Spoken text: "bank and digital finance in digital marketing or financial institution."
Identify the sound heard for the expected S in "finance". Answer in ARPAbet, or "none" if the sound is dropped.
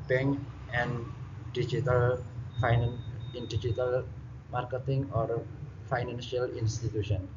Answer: none